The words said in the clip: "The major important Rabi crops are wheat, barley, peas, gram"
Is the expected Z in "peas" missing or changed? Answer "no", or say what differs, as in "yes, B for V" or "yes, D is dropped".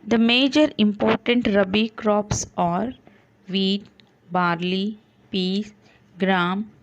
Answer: yes, S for Z